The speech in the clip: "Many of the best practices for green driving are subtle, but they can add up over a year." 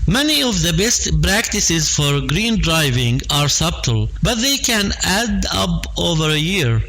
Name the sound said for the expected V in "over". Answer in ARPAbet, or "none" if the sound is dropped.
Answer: V